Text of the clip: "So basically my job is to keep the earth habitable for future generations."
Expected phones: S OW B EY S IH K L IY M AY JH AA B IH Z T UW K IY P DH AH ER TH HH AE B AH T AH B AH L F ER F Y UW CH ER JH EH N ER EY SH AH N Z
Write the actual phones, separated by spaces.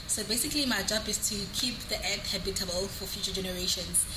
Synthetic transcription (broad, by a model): S OW B EY S IH K L IY M AY JH AA B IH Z T UW K IY P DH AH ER T HH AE B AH T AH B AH L F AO F Y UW CH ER JH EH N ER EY SH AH N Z